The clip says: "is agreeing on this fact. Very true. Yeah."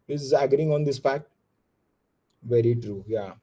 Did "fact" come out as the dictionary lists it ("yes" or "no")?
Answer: no